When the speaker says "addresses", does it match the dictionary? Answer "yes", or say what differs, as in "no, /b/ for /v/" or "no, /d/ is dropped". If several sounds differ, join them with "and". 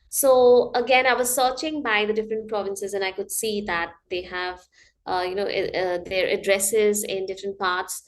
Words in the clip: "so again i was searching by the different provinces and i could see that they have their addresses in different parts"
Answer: yes